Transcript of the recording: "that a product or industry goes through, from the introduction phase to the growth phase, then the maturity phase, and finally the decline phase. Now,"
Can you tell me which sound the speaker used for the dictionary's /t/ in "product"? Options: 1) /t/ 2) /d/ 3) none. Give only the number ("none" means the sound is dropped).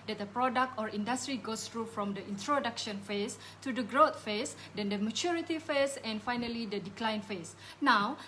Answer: 1